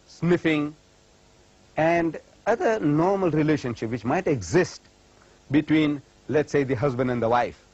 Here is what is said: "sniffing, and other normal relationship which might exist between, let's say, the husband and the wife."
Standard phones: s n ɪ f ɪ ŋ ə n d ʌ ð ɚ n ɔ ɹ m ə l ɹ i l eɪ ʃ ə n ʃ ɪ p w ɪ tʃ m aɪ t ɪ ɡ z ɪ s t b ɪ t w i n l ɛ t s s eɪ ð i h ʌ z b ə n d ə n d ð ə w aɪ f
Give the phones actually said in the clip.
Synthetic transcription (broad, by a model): s n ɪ f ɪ ŋ ə n d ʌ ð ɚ n ɔ ɹ m ə l ɹ i l eɪ ʃ ə n ʃ ɪ p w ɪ tʃ m aɪ t ɪ ɡ z ɪ s t b ɪ t w i n l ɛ t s s eɪ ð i h ʌ z b ə n d ə n d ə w aɪ f